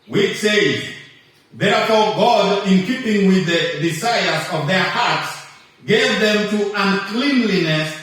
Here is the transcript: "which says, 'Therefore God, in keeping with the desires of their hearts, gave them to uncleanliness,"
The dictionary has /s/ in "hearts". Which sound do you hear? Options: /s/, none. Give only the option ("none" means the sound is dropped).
/s/